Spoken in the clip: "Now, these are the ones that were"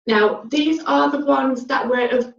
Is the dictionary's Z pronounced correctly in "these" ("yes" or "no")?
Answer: yes